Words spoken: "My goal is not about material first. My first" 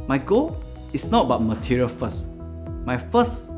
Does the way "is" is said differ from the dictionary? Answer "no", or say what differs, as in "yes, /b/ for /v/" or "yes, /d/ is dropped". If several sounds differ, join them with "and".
yes, /s/ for /z/